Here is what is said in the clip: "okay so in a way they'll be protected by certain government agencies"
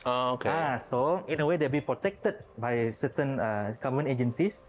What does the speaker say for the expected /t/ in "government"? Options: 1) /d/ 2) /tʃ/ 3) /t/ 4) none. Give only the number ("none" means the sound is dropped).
4